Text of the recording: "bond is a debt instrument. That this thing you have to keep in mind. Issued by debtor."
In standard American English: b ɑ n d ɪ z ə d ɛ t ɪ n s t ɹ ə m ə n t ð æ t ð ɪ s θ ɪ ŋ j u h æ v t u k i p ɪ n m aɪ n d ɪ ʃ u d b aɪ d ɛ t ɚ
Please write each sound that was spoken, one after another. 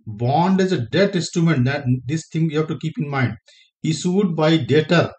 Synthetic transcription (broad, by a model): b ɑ n d ɪ z ə d ɛ t ɪ n s t ɹ ə m ə n t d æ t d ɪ s t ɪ ŋ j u h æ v t u k i p ɪ n m aɪ n d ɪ s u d b aɪ d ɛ t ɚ